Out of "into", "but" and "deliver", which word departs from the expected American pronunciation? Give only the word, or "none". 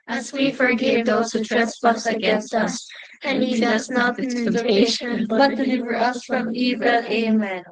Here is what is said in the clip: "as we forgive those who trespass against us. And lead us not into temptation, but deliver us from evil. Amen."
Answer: into